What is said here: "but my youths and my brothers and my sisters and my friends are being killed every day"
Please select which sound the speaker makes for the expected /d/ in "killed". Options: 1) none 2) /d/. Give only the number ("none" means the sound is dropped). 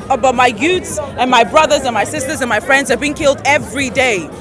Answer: 2